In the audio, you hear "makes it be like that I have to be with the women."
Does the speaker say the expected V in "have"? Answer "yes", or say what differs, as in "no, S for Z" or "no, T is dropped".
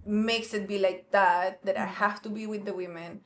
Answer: no, F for V